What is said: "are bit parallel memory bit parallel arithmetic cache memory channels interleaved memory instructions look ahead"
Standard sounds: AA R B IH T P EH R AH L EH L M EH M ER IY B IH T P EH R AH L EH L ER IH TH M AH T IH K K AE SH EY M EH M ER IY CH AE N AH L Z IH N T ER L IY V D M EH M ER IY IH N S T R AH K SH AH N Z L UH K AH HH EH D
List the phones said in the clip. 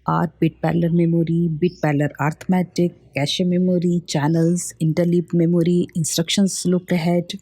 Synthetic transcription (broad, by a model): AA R B IH T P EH L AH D M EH M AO IY B IH T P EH L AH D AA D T M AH T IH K K AE SH EY M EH M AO IY CH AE N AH L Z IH N T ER L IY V M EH M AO IY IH N S T R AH K SH AH N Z L UH K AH HH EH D